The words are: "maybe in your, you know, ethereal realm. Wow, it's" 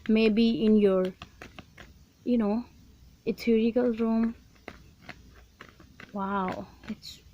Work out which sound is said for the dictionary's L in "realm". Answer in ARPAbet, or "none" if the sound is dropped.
none